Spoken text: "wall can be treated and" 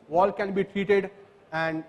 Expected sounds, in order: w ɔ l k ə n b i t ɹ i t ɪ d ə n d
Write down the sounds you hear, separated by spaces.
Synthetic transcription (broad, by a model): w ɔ l k ə n b i t ɹ i t ɪ d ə n d